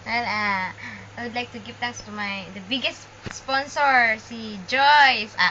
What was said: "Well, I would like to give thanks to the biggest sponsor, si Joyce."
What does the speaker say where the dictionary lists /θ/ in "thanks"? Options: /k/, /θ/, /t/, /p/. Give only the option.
/t/